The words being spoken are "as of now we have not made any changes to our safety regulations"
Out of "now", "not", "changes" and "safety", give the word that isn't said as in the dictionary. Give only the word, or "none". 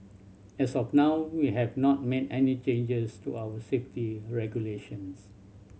changes